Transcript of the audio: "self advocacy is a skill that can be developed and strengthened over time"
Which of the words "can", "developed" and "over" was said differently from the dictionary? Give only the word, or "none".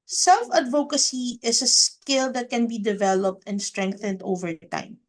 none